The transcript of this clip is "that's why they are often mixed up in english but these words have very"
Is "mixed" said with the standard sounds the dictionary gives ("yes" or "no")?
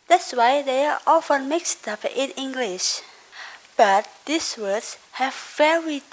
yes